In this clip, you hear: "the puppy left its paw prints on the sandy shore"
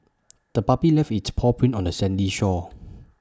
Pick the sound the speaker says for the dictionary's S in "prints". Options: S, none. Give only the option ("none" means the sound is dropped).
none